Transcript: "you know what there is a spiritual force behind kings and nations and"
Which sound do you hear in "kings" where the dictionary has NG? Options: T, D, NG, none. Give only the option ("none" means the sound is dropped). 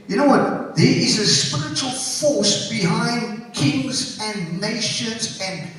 NG